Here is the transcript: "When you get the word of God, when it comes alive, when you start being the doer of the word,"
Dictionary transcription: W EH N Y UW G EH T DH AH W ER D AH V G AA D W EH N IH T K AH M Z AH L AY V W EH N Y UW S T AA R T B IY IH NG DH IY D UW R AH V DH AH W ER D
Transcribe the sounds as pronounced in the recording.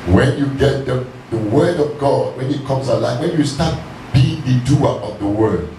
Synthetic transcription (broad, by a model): W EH N Y UW G EH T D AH W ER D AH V G AA D W EH N IH T K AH M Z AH L AY F W EH N Y UW S T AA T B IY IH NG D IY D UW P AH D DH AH W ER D